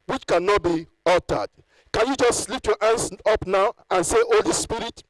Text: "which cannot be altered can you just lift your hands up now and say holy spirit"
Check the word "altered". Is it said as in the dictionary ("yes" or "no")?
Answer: no